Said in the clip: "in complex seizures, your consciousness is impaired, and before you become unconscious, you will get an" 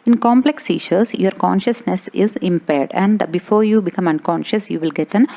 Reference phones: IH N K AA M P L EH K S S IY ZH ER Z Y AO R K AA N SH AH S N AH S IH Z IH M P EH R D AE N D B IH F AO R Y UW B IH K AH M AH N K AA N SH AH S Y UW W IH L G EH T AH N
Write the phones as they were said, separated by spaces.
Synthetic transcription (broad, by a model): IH N K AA M P L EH K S S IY SH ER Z Y AO R K AA N SH AH S N AH S IH Z IH M P EH R D AE N D B IH F AO R Y UW B IH K AH M AH N K AA N SH AH S Y UW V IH L G EH T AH N